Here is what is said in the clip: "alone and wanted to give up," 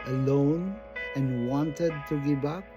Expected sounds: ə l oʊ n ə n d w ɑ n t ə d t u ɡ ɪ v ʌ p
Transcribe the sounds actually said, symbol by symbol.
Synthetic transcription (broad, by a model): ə l oʊ n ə n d w ɑ n t ə d t u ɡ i b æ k